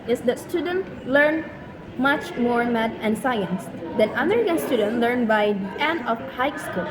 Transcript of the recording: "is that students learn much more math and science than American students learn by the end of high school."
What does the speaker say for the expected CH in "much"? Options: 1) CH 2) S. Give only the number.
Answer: 1